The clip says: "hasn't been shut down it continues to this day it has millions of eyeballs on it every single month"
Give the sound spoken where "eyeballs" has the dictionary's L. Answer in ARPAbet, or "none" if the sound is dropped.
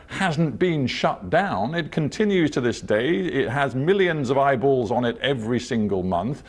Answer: L